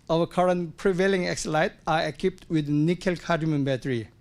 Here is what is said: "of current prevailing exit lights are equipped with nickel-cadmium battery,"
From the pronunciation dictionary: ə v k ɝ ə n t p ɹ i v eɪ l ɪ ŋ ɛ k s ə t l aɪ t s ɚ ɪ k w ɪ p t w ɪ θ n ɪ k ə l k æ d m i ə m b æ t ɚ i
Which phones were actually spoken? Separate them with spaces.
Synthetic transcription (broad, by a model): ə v k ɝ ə n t p ɹ i v eɪ l ɪ ŋ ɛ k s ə l aɪ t ɚ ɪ k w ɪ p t w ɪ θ n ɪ k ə l k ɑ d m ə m b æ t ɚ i